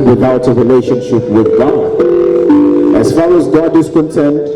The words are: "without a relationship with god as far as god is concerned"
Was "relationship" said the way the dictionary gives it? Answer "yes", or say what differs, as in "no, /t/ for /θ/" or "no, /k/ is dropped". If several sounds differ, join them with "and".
yes